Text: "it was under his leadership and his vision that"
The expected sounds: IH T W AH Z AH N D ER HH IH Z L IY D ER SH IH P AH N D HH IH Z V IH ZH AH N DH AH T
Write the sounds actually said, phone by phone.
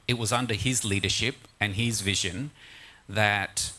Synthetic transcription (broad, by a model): IH T W AH Z AH N D ER IH Z L IY D ER SH IH P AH N IH Z V IH ZH AH N DH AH T